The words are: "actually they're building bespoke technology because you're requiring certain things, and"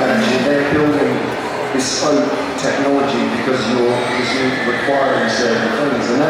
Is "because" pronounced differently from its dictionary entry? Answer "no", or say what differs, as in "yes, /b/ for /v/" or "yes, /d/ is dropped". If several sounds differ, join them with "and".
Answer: no